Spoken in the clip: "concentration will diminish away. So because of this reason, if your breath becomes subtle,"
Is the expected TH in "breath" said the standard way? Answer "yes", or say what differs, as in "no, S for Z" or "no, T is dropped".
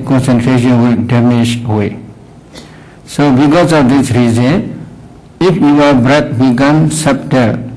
no, T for TH